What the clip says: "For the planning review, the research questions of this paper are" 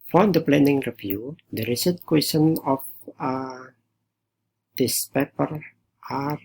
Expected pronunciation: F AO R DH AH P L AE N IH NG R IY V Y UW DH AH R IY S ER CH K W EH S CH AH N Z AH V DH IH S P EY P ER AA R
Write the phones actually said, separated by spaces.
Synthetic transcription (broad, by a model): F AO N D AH P L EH N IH NG R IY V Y UW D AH R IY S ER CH K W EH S AH N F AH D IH S P EY P ER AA R